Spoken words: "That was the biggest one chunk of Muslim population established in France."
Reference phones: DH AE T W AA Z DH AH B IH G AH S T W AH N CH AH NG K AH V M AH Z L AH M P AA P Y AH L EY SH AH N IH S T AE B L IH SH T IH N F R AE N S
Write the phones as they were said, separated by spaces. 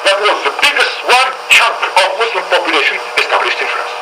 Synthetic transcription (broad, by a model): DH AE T W AA Z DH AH B IH G AH S T W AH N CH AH K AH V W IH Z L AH P AA P Y AH L EY SH AH N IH S T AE B L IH SH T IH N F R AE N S